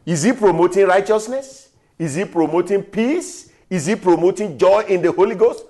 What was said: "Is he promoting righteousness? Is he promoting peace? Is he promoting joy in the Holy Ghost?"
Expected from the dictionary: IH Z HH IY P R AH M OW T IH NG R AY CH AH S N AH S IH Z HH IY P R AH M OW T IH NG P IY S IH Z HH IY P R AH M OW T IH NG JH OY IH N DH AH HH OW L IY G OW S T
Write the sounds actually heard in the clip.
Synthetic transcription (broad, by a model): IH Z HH IY P R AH M OW T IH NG R AY CH AH S N AH S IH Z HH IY P R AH M OW T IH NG P IY S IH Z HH IY P R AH M OW T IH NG JH OY IH N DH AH HH OW L IY G OW S T